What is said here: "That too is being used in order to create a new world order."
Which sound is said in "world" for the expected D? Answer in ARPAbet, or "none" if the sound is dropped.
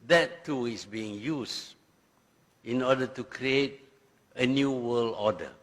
none